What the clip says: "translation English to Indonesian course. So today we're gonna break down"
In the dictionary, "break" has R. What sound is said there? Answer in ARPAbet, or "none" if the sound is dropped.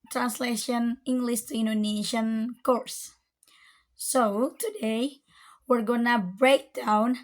R